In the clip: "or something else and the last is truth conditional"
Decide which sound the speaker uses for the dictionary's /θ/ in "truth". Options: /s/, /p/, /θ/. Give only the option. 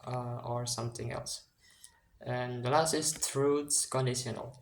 /s/